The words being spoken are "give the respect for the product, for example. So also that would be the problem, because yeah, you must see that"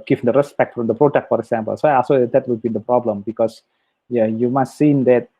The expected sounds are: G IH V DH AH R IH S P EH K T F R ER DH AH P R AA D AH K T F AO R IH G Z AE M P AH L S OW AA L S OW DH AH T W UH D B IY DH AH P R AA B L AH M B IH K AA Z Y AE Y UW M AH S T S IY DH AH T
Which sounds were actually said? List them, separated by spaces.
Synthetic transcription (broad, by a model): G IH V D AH R IH S P EH K T F R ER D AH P R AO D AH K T F AO R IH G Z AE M P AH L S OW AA S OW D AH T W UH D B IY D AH P R AA B L AH M B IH K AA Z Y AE Y UW M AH S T S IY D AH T